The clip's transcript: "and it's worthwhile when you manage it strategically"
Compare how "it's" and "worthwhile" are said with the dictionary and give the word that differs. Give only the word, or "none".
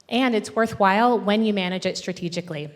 none